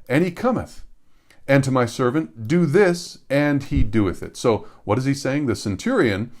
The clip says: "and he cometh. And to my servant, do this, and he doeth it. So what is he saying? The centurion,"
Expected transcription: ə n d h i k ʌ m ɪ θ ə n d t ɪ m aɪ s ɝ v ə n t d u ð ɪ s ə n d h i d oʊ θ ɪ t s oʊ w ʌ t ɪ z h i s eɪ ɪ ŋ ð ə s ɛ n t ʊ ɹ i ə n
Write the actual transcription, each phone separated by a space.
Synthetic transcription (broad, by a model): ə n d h i k ʌ m ɪ θ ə n t ɪ m aɪ s ɝ v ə n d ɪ ð ɪ s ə n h i d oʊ θ ɪ t s oʊ w ʌ t ɪ z i s eɪ ɪ ŋ ð ə s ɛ n t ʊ ɹ i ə n